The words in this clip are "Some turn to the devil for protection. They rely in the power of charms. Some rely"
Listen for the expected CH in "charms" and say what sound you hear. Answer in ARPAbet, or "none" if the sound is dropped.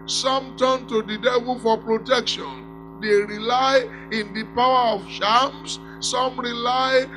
SH